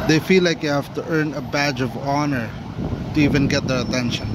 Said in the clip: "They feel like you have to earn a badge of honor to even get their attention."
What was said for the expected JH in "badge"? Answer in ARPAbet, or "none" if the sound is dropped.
JH